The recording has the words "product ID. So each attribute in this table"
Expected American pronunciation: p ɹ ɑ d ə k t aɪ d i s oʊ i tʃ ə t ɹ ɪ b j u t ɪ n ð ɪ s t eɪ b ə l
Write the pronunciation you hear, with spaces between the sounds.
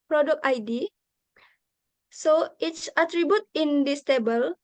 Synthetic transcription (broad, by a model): p ɹ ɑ d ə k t aɪ d i s oʊ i s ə t ɹ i b j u t ɪ n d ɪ s t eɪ b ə l